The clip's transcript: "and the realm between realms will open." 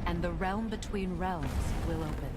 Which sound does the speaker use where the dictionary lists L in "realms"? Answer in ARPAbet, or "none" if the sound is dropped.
L